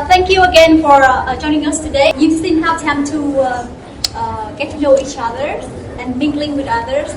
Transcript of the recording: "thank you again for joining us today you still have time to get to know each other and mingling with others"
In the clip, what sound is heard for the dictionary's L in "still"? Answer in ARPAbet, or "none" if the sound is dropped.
N